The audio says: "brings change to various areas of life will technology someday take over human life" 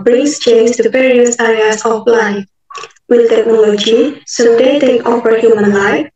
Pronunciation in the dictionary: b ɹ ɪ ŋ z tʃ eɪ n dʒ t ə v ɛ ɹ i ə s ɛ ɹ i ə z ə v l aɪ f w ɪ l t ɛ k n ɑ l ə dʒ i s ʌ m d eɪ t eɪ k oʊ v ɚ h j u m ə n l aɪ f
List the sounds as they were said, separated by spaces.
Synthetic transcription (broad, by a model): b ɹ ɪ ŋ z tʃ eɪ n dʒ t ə p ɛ ɹ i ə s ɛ ɹ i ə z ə p l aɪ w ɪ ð t ɛ k n ɑ l ə dʒ i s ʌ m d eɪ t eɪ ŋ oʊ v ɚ h j u m ə n l aɪ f